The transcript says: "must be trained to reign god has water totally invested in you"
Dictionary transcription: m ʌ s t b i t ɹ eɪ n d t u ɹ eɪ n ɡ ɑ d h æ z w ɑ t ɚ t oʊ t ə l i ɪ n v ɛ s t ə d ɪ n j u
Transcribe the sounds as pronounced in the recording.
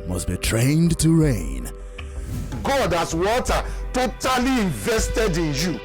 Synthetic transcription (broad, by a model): m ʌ s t b i t ɹ eɪ n d t u ɹ eɪ n ɡ ɑ d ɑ s w ɑ t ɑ t oʊ t ə l i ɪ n v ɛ s t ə d ɪ n j u